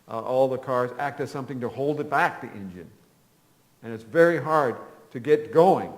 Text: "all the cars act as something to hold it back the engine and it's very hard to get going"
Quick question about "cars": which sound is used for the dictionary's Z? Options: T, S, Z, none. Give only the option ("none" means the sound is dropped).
Z